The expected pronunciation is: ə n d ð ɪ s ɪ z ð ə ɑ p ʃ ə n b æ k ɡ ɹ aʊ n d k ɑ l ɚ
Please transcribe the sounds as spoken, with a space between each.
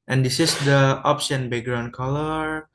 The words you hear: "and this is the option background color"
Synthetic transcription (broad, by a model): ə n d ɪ s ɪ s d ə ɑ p s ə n b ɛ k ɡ ɹ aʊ n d k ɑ l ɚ